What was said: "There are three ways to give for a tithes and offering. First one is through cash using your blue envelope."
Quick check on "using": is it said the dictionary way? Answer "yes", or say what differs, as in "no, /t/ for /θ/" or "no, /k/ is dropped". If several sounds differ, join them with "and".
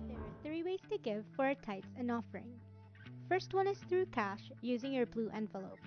yes